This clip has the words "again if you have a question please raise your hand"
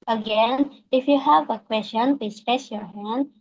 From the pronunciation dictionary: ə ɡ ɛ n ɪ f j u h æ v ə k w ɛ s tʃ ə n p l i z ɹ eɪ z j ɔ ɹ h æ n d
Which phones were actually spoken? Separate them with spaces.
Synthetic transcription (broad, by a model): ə ɡ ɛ n ɪ f j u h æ v ə k w ɛ s tʃ ə n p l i s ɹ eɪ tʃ j ɔ ɹ h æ n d